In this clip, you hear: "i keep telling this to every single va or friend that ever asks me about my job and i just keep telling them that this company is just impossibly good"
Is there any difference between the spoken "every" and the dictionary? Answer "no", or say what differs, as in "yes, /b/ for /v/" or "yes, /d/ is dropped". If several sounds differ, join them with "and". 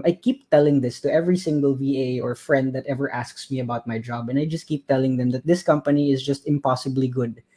no